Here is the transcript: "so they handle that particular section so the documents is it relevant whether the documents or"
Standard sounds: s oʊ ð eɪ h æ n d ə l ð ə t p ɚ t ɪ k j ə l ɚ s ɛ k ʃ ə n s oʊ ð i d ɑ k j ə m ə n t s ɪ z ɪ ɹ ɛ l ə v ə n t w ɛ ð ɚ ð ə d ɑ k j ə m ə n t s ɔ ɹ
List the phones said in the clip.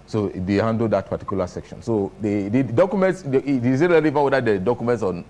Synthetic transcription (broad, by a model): s oʊ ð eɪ h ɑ n d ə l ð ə t p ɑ t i k j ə l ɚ s ɛ k ʃ ə n s oʊ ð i d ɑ k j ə m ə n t s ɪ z ɪ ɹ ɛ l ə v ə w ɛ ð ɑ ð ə d ɑ k j ə m ə n t s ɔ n